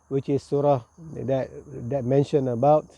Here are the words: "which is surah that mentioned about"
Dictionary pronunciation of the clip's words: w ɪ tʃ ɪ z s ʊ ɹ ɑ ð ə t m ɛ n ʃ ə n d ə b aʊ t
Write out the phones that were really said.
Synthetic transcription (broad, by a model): w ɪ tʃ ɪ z s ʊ ɹ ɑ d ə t m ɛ n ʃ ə n ə b aʊ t